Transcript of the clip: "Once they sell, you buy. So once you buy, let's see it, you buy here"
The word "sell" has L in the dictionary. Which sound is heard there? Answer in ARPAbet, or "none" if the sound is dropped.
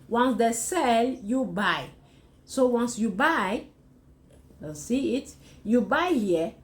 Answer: L